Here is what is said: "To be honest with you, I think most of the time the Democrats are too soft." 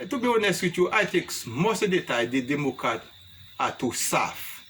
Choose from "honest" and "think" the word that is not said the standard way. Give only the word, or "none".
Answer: think